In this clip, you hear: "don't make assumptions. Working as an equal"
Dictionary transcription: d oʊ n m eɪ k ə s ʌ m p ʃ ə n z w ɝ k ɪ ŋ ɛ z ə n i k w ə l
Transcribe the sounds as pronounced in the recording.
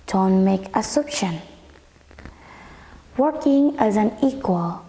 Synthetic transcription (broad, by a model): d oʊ n m eɪ k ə s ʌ p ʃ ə n w ɝ k ɪ ŋ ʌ z ə n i k w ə l